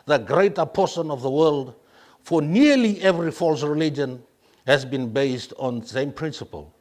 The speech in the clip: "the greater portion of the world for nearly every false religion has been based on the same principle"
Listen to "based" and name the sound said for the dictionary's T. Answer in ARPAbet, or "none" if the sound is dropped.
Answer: T